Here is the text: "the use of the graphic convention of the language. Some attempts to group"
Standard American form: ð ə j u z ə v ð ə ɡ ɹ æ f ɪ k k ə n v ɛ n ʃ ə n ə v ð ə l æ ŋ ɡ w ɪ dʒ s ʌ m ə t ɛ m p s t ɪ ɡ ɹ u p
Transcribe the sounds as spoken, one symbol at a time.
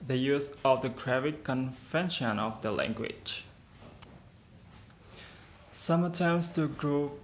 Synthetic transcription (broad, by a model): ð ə j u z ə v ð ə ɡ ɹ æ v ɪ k k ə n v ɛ n ʃ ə n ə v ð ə l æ ŋ ɡ w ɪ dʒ s ʌ m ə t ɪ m s t ɪ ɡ ɹ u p